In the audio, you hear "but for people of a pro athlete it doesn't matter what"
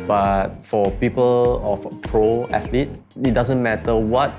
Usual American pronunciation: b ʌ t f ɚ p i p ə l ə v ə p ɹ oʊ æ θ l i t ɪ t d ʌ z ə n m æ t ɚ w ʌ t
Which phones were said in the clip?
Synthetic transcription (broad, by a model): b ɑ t f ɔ p i p ə l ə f p ɹ oʊ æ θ l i t ɪ t d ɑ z ə n m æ t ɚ w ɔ t